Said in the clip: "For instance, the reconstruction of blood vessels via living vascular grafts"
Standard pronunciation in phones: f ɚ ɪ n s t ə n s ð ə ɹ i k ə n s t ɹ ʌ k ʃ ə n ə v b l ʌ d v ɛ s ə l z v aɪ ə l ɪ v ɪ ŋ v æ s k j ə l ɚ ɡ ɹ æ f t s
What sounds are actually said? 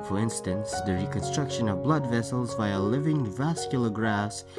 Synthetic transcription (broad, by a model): f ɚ ɪ n s t ə n s ð ə ɹ i k ə n s t ɹ ʌ k ʃ ə n ə v b l ʌ d v ɛ s ə l z v aɪ ə l ɪ v ɪ ŋ v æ s k j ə l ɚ ɡ ɹ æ s